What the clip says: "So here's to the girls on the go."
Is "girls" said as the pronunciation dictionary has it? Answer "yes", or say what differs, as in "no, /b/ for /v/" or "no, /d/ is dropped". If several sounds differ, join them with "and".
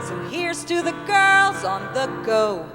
yes